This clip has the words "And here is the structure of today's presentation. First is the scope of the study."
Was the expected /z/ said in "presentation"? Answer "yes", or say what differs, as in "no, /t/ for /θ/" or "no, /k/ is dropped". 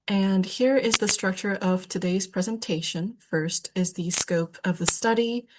yes